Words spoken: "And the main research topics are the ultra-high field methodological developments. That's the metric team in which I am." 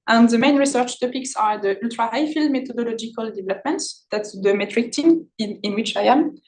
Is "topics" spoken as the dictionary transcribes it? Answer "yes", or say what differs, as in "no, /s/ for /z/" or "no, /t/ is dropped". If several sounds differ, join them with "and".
yes